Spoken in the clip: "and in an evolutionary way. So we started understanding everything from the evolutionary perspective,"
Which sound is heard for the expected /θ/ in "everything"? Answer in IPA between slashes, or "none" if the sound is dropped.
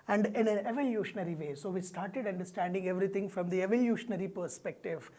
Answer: /t/